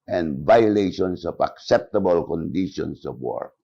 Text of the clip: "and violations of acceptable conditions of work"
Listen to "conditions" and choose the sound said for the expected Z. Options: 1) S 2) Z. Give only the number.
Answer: 1